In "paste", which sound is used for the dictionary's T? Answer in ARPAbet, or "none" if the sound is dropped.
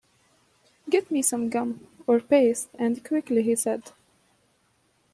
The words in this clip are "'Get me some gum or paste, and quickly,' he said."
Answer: T